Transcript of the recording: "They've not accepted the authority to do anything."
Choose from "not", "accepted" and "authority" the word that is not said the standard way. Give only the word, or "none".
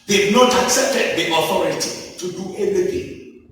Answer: none